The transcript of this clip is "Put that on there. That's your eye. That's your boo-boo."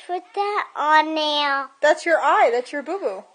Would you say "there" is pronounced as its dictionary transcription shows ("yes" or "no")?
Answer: no